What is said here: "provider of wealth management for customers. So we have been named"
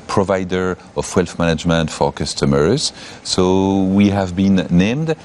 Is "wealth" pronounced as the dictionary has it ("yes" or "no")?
no